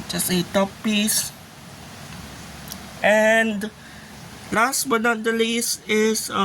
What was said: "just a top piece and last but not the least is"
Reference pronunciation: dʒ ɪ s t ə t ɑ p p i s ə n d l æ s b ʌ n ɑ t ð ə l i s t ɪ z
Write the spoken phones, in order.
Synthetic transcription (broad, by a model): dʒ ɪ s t ə t ɑ p p i s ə n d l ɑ s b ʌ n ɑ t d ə l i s ɪ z